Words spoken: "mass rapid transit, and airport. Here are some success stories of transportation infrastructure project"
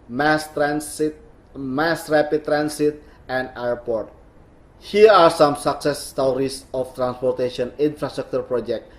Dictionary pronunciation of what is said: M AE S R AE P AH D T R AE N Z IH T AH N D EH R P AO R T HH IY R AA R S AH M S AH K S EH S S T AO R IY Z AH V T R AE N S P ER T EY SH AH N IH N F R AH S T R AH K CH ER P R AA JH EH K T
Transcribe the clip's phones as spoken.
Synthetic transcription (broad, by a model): M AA S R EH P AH T R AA N S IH T AH N D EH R P AO R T HH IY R AA R S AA M S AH K S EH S S T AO R IY S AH F T R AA N S P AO T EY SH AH N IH N F R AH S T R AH K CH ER P R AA JH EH K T